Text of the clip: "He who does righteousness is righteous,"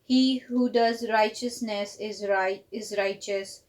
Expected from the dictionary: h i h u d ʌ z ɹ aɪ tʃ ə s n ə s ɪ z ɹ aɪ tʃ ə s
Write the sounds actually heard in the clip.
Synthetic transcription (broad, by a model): h i h u d ʌ z ɹ aɪ tʃ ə s n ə s ɪ z ɹ aɪ tʃ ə s